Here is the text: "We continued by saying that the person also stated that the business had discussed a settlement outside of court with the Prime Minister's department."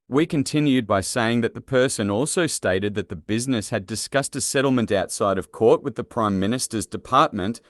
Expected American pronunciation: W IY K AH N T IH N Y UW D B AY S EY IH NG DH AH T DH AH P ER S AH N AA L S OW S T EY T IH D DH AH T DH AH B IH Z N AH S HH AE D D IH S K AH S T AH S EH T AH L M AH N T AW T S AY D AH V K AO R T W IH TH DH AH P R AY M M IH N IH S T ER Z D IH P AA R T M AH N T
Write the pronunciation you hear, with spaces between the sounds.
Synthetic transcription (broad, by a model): W IY K AH N T IH N Y UW D B AY S EY IH NG DH AH T DH AH P ER S AH N AA L S OW S T EY T IH D DH AH T DH AH B IH Z N AH S HH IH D D IH S K AH S T AH S EH T L M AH N T AW T S AY D AH V K AO R T W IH DH AH P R AY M M IH N IH S T ER Z D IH P AA R T M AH N T